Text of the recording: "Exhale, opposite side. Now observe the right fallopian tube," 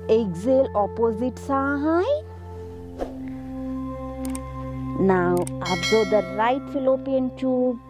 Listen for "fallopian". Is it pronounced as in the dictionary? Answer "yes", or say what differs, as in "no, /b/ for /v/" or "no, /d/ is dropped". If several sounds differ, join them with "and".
yes